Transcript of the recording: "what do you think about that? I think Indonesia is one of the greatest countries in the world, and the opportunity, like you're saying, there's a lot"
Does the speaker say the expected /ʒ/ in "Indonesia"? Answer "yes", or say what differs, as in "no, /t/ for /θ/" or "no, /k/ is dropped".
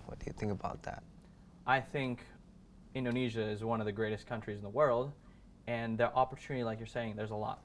yes